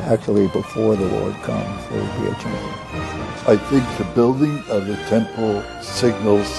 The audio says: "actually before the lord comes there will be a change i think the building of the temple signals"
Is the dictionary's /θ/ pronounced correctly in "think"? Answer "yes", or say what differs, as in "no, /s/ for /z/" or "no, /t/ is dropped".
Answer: yes